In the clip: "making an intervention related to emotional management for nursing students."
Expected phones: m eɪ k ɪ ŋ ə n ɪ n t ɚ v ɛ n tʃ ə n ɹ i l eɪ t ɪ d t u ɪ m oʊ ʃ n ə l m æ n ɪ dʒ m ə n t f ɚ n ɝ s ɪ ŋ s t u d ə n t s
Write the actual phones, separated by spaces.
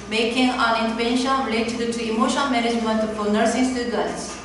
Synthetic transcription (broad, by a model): m eɪ k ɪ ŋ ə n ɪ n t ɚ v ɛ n ʃ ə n ɹ i l eɪ t ɪ d t u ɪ m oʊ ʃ ə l m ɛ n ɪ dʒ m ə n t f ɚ n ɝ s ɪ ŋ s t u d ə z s